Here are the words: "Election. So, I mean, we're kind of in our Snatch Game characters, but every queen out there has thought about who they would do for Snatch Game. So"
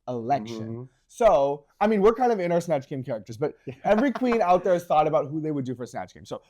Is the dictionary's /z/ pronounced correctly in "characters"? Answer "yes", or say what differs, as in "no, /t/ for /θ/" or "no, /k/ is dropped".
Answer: yes